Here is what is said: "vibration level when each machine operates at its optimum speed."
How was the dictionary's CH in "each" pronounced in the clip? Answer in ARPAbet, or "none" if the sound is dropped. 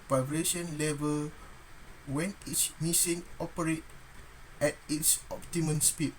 S